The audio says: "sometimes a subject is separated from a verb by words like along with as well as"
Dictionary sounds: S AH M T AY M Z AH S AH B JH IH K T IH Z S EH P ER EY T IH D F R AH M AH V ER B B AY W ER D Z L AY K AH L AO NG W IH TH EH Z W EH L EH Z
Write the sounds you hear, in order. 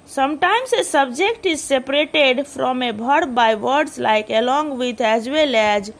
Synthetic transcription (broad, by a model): S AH M T AY M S AH S AH B JH IH K T IH Z S EH P ER EY T IH D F R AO M AH B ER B B AY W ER D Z L AY K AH L AO NG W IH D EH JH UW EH L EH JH